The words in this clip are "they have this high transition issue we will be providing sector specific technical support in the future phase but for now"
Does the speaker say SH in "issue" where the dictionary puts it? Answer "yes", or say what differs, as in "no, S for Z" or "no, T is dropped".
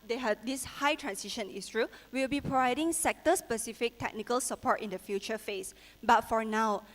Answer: no, S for SH